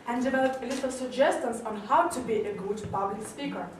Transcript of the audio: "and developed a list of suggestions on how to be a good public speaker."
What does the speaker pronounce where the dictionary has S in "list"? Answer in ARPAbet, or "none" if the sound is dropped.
none